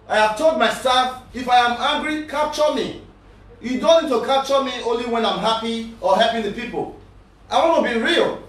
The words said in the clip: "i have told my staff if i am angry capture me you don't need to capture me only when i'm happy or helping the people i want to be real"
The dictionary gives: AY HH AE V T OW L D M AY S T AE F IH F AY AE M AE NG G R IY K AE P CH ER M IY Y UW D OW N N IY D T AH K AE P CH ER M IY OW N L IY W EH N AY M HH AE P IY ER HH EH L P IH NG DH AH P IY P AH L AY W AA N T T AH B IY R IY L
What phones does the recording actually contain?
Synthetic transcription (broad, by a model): AY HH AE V T OW L D M AY S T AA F IH F AY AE M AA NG G R IY K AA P CH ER M IY Y UW D OW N N IY D T AH K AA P CH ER M IY OW N L IY W EH N AY M HH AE P IY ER HH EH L P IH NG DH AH P IY P AH L AY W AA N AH B IY R IY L